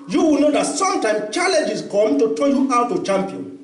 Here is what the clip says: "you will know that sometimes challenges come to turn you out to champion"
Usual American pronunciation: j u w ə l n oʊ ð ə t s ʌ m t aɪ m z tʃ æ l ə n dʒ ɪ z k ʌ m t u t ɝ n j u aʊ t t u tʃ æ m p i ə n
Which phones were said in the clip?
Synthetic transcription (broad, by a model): j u w ə l n oʊ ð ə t s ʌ m t aɪ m tʃ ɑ l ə n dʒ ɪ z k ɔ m t u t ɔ l j u aʊ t t u tʃ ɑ m p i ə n